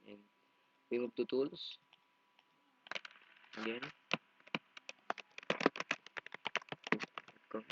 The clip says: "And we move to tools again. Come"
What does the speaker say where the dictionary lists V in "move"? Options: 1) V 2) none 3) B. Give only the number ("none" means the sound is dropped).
3